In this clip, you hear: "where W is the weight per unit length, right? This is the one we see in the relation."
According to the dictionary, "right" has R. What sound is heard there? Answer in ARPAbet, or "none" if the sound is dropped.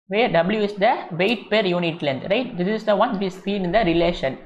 R